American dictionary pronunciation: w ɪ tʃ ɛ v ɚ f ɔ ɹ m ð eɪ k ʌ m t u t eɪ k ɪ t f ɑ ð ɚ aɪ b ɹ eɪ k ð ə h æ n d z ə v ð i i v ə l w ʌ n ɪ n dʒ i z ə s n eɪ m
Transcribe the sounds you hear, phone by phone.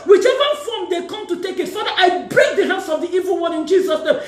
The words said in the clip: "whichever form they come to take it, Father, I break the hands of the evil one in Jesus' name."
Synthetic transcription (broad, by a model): w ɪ tʃ ɛ v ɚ f ɔ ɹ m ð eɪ k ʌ m t u t eɪ k ɪ t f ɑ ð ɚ aɪ b ɹ eɪ k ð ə h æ n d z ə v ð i i v ə l w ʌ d ɪ n dʒ i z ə s n eɪ m